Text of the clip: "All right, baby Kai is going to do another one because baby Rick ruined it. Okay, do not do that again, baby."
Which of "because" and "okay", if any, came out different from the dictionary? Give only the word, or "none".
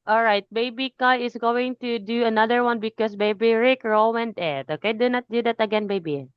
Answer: because